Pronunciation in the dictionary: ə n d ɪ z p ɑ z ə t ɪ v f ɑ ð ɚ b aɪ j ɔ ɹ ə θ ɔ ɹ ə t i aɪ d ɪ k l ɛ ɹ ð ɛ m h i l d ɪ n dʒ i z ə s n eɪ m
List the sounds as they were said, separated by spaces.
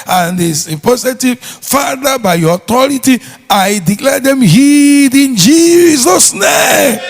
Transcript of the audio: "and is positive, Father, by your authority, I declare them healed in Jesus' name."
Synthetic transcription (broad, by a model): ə n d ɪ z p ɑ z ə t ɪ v f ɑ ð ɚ b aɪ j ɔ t ɔ ɹ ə t i aɪ d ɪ k l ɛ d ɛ m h i d ɪ n dʒ i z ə s n eɪ m